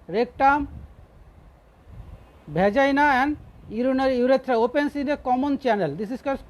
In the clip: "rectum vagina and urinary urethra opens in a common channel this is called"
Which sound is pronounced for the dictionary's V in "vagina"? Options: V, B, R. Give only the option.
B